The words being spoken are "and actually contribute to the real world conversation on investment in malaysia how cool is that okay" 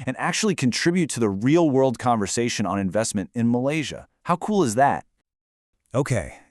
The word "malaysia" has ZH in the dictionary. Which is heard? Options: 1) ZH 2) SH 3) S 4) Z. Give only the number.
1